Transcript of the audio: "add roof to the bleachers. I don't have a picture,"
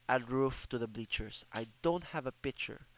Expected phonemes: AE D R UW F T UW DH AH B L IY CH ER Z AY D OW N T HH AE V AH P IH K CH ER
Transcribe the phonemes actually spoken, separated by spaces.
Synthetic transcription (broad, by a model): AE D R UW F T UW DH AH B L IY CH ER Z AY D OW N T HH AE V AH P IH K CH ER